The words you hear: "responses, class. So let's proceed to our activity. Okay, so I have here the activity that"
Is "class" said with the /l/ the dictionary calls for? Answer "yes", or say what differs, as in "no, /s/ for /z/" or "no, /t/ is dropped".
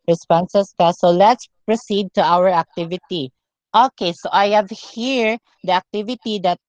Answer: no, /l/ is dropped